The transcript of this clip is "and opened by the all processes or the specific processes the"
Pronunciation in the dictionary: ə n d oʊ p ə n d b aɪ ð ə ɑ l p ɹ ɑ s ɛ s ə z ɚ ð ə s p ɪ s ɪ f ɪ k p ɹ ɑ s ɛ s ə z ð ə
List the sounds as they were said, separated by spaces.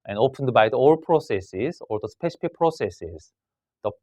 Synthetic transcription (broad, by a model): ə n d oʊ p ə n d b aɪ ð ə ɑ l p ɹ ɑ s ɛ s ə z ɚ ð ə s p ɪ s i p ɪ p ɹ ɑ s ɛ s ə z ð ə